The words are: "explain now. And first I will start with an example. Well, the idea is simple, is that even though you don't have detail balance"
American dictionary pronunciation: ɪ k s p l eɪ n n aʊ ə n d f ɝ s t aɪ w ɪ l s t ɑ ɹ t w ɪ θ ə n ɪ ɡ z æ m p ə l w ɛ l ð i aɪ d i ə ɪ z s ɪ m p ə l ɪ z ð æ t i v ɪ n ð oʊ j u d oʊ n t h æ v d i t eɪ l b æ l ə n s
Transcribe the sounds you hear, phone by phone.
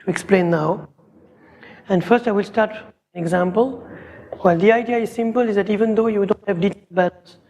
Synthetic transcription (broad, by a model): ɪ k s p l eɪ n n aʊ ə n d f ɝ s t aɪ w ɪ l s t ɑ ɹ t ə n ɪ ɡ z æ m p ə l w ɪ l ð i aɪ d i ə ɪ z s ɪ m p ə l ɪ z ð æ t i v ɪ n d oʊ j u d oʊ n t h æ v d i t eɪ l b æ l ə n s